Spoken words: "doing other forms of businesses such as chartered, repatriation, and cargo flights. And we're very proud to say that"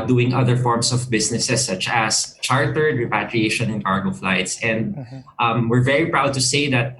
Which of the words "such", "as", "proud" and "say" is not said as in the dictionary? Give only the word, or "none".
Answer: as